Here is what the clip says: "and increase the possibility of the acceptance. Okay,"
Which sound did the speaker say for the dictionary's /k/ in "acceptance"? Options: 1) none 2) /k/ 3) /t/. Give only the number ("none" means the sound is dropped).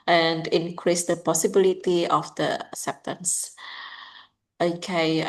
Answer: 1